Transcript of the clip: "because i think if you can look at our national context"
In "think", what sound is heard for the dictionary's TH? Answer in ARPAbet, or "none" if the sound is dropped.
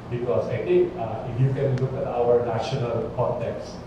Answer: T